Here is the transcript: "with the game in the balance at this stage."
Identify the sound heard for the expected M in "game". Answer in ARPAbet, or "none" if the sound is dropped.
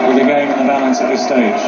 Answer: none